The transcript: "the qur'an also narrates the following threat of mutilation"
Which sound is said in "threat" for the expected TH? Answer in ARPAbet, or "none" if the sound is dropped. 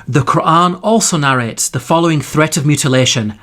TH